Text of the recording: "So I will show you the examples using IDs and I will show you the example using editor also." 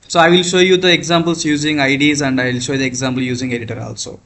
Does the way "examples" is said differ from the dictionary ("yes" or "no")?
yes